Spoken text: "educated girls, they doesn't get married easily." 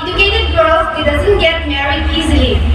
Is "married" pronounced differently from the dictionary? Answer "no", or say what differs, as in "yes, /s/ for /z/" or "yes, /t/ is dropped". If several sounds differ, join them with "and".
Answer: yes, /d/ is dropped